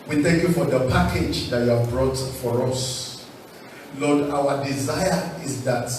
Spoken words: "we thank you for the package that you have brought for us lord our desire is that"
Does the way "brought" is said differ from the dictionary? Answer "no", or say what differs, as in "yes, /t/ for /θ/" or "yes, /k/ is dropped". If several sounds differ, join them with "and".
no